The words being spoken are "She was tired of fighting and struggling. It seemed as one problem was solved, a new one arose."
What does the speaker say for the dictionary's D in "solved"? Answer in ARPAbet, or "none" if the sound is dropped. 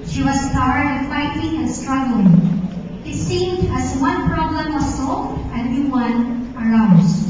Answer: none